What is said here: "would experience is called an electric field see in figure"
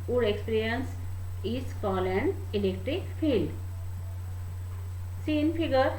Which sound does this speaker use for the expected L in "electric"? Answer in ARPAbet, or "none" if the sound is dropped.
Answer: L